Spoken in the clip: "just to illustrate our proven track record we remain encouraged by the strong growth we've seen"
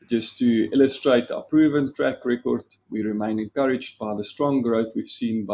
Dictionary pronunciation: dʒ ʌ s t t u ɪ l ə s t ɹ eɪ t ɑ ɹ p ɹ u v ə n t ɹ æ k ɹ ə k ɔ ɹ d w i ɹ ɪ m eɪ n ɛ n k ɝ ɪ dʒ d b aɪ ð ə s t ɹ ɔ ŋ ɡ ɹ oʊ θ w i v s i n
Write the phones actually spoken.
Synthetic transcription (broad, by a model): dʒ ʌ s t t u ɪ l ə s t ɹ eɪ t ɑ p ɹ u v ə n t ɹ æ k ɹ ə k ɔ ɹ d w i ɹ ɪ m eɪ n ɛ n k ɝ ɪ dʒ d b aɪ ð ə s t ɹ ɔ ŋ ɡ ɹ oʊ θ w i v s i n